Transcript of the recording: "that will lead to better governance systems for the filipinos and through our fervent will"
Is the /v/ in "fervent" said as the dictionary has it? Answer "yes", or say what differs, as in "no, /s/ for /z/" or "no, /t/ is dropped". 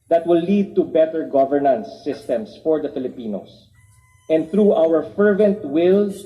yes